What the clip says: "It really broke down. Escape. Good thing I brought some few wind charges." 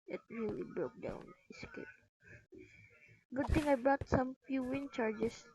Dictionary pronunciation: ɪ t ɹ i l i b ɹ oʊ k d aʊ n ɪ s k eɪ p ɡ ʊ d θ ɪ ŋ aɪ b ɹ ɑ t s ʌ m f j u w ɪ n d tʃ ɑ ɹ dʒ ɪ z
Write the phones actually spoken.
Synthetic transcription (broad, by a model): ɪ t ɹ i l i b ɹ oʊ k d aʊ n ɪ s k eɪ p ɡ ʊ d t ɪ ŋ aɪ b ɹ ɑ t s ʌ m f j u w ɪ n tʃ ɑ ɹ dʒ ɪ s